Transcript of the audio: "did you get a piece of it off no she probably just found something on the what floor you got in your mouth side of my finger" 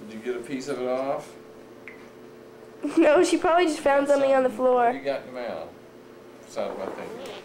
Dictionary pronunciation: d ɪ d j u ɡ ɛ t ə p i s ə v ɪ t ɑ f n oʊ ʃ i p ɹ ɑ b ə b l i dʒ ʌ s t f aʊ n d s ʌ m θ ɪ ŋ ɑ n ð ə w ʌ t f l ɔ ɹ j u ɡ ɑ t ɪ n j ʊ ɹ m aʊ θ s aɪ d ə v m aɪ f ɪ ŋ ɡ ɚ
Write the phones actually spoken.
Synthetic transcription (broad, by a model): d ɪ j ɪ ɡ ɛ t ə p i s ə v ɪ t ɑ f n oʊ ʃ i p ɹ ɑ b ə b l i dʒ ʌ s t f aʊ n d s ʌ m θ ɪ ŋ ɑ n ð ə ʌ f l ɔ ɹ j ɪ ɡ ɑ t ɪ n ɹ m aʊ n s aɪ ə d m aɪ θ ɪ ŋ